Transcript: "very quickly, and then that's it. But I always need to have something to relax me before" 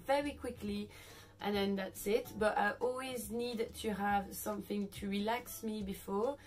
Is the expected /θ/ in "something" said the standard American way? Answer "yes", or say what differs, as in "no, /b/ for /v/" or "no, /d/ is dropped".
yes